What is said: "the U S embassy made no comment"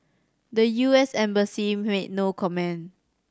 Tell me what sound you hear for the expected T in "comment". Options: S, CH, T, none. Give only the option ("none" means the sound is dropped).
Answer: none